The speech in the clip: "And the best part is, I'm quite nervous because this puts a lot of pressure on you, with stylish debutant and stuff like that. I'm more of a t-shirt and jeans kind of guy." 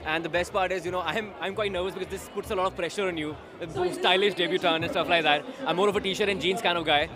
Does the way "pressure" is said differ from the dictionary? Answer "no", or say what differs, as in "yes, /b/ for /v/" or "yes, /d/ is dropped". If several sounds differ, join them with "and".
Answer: no